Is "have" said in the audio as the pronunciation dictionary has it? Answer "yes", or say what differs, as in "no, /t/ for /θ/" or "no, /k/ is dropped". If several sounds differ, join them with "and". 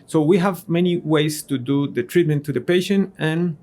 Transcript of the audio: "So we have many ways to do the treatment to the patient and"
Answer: yes